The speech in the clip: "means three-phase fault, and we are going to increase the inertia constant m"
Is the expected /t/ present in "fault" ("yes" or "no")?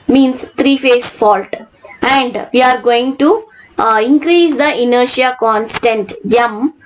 yes